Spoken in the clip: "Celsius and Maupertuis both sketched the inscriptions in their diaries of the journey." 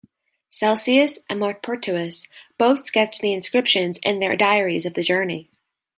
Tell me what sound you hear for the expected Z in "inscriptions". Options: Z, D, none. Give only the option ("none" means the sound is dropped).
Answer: Z